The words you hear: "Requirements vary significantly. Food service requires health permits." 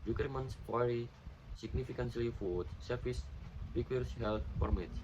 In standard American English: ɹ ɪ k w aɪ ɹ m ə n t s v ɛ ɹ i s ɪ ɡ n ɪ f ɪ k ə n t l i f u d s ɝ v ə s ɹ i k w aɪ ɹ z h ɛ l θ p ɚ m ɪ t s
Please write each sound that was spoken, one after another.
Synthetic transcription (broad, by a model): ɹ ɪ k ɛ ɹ m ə n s f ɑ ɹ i s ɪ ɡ n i f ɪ k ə n s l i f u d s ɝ f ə s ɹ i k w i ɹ s h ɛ l t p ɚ m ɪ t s